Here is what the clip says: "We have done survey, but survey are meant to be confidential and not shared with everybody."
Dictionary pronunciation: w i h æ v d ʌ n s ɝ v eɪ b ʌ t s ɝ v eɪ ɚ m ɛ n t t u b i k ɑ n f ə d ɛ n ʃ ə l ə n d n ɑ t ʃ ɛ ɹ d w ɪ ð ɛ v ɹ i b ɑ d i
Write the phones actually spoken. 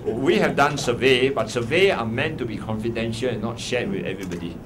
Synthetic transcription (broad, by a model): w i h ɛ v d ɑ n s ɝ v eɪ b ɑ t s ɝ v eɪ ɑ m ɛ n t t u b i k ɑ n f ə d ɛ n ʃ ə l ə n n ɑ t ʃ ɛ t w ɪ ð ɛ v ɹ i b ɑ d i